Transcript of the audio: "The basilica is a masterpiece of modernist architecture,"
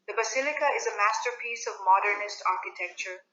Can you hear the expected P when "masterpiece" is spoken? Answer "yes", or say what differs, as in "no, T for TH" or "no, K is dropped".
yes